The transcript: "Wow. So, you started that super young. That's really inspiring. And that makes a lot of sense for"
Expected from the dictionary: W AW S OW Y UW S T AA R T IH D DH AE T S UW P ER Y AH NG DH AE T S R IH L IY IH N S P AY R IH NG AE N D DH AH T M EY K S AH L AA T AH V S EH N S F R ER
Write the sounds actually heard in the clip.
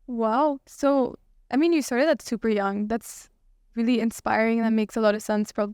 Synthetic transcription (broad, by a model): W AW S OW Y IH S T AA R T IH D DH AE T S UW P ER Y AH NG DH AE T S R IH L IY IH N S P AY R IH NG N DH AH T M EY K S AH L AA T AH V S EH N S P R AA